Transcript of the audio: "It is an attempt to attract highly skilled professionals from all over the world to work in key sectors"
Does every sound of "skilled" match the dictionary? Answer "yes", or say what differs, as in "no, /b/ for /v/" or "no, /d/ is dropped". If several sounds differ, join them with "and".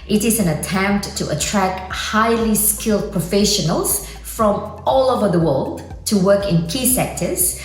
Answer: yes